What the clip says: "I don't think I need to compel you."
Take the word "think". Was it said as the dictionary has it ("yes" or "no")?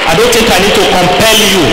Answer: no